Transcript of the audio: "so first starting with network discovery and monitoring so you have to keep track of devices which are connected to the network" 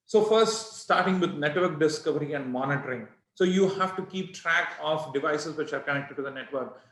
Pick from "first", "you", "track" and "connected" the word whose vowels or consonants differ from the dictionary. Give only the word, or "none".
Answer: none